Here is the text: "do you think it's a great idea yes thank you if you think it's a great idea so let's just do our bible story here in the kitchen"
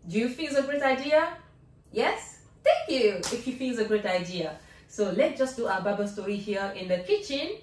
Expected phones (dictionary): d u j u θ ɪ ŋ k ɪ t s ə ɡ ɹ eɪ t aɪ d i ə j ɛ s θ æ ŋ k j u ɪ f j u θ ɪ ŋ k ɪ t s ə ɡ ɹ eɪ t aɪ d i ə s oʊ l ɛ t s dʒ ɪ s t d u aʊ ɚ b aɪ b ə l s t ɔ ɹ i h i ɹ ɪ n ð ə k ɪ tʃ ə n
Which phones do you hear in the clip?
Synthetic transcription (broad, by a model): d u j u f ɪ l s ə ɡ ɹ eɪ t aɪ d i ə j ɛ s t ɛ ŋ k j u ɪ f j u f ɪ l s ə ɡ ɹ eɪ t aɪ d i ə s oʊ l ɛ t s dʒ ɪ s d u aʊ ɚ b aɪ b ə s t ɔ ɹ i h i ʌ ɪ n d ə k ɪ tʃ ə n